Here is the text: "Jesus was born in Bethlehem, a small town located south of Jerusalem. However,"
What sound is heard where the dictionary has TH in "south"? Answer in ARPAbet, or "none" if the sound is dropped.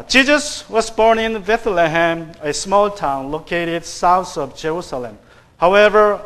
T